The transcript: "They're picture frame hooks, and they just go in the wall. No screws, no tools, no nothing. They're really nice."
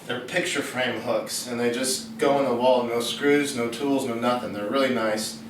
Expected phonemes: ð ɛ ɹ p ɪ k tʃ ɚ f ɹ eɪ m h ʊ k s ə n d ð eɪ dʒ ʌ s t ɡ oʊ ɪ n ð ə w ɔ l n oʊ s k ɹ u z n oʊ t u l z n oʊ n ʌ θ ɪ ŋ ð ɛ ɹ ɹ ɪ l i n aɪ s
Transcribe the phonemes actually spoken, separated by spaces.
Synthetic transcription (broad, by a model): ð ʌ ɹ p ɪ k tʃ ɚ f ɹ eɪ m h ʊ k s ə n ð eɪ dʒ ʌ s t ɡ oʊ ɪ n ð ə w ɔ l n oʊ s k ɹ u z n oʊ t u l z n oʊ n ʌ θ ɪ ŋ ð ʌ ɹ ɹ ɪ l i n aɪ s